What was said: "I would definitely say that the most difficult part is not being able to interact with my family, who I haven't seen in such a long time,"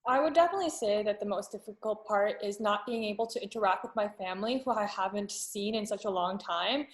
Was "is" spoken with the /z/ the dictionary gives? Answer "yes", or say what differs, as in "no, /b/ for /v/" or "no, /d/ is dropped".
yes